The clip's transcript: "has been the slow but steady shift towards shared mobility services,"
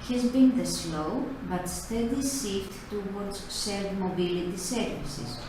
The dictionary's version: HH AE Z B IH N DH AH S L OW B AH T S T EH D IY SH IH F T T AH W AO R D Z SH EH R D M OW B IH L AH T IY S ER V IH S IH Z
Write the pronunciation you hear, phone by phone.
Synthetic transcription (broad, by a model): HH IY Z B IH N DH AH S L OW B AH T S T EH D IY S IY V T T AH W AO R D Z S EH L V M OW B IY L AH T IY S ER V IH S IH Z